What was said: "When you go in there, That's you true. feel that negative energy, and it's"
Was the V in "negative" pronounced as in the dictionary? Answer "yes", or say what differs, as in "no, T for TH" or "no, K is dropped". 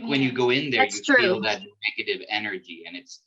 yes